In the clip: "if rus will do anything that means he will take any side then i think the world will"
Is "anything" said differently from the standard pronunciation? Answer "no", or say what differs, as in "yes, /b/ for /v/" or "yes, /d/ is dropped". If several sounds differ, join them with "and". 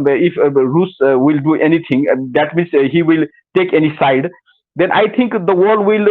yes, /t/ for /θ/